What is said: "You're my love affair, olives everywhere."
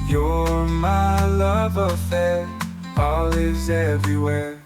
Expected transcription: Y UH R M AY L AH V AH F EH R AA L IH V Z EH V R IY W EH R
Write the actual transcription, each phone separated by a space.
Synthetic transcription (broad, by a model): Y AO M AY L AH V AH F EH R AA L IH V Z EH V R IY W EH R